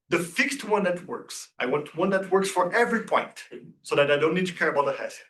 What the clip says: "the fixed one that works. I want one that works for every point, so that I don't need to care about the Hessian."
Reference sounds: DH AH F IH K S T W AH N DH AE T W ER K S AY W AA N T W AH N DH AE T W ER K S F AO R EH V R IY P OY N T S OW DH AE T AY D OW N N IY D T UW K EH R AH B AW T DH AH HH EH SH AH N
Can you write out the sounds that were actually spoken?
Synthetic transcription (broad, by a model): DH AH F IH K S T W AH N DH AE T W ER K S AY W AA N T W AH N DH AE T W ER K S F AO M EH V R IY P OY N T S OW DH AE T AY D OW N N IY D T UW K EH R AH B AW T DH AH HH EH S